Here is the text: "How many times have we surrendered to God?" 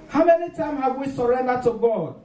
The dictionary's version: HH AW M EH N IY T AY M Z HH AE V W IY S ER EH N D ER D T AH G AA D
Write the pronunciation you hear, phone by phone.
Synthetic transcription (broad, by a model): HH AW M EH N IY T AY M HH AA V W IY S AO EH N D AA T AH G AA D